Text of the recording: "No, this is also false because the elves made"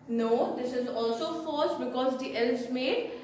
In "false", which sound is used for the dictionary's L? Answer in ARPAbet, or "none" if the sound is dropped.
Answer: none